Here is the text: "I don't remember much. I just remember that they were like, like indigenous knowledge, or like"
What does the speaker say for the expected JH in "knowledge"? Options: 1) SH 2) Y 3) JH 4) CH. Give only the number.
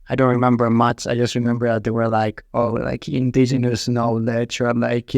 4